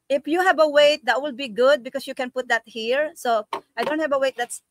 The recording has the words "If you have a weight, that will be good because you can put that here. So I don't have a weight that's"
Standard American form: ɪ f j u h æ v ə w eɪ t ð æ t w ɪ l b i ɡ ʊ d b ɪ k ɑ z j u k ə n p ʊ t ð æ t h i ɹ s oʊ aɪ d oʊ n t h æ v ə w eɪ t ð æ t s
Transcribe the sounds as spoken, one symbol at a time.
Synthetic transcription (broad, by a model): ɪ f j u h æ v ə w eɪ t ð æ t w ɪ l b i ɡ ʊ d b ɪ k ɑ s j u k ə n p ʊ t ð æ t h i ɹ s oʊ aɪ d oʊ n t h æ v ə w eɪ t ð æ t s